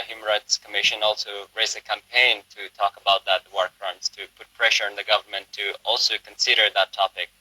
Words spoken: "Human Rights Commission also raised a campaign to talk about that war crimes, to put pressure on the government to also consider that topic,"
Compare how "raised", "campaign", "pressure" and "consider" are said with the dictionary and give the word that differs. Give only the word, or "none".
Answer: raised